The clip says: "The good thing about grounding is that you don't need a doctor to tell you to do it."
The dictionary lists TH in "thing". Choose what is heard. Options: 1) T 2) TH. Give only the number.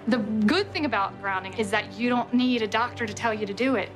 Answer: 2